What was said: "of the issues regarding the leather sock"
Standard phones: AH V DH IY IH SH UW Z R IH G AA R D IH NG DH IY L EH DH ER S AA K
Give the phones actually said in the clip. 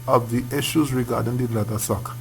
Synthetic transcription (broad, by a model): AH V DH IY IH SH UW Z R IH G AA R D IH NG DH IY L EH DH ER S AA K